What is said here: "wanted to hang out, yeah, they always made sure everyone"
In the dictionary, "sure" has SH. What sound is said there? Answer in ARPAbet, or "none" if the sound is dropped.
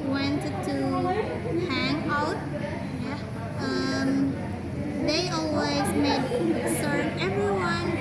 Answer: S